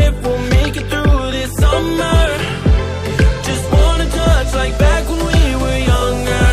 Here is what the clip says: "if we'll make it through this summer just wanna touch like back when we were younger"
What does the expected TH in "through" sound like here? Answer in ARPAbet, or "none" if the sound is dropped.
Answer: TH